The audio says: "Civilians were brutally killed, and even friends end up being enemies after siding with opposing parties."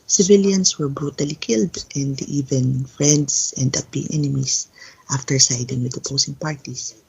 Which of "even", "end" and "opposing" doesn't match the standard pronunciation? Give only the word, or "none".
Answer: opposing